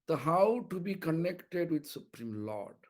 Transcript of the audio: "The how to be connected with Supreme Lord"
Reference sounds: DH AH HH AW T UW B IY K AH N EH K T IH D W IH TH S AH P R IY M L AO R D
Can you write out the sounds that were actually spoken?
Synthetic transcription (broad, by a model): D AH HH AW T UW B IY K AH N EH K T IH D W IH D S AH P R IY M L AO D